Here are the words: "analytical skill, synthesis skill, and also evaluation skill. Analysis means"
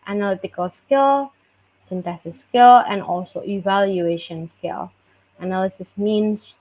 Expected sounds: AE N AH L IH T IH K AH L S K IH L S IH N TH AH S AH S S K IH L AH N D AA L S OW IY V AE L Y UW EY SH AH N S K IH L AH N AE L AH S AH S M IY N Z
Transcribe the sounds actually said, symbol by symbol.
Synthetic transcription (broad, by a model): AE N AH L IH T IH K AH L S K IH L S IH N T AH S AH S S K IH L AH N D AA L S OW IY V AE L Y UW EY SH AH N S K IH L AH N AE L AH S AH S M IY N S